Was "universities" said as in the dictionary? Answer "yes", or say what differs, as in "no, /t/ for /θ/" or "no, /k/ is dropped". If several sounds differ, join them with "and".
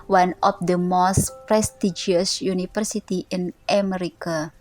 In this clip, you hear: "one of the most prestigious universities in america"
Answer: no, /f/ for /v/ and /z/ is dropped